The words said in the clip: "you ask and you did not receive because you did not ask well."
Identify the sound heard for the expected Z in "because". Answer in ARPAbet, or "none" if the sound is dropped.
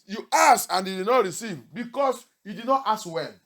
S